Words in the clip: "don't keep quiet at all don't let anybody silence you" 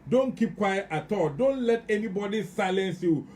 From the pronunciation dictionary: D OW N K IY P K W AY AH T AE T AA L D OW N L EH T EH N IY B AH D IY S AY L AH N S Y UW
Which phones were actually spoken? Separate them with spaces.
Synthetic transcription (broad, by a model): D OW N K IY P K W AY AH T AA T AA L D OW N L EH T EH N IY B AH D IY S AY L AH N S Y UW